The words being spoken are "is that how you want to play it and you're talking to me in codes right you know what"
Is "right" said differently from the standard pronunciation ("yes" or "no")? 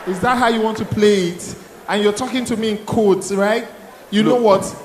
no